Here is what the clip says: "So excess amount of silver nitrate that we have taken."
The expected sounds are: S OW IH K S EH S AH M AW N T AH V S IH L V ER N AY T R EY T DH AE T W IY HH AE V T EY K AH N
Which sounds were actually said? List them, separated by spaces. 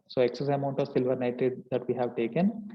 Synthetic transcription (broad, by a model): S OW IH K S EH S AH M AW N T AH V S IH L V ER N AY T EY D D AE T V IY HH AE V T EY K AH N